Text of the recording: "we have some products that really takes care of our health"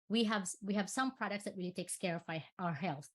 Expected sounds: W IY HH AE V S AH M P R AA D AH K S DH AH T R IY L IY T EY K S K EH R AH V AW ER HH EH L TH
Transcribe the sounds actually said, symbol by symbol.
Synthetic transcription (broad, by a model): W IY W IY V S AH M P R AA D AH K S DH AH T R IY L IY T EY K S K EH R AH F AW ER HH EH L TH